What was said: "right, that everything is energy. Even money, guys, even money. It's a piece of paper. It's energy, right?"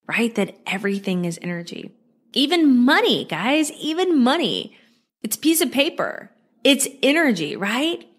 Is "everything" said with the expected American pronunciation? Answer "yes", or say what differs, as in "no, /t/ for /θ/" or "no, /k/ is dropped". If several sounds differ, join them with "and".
yes